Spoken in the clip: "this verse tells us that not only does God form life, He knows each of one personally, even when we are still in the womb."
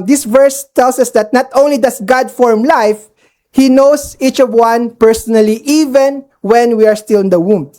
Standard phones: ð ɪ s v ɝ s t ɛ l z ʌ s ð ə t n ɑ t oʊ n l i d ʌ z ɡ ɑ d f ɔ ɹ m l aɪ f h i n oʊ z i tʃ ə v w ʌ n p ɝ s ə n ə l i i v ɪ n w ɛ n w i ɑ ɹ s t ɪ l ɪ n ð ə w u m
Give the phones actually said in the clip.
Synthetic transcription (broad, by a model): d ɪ s v ɝ s t ɛ l s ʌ s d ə t n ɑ t oʊ n l i d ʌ s ɡ ɑ d f ɔ ɹ m l aɪ f h i n oʊ s i tʃ ə v w ʌ n p ɝ s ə n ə l i i v ɪ n w ɛ n w i ɑ ɹ s t ɪ l ɪ n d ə w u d